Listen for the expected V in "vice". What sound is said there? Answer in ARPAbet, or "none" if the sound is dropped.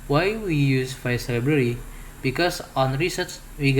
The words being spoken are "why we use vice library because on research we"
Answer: F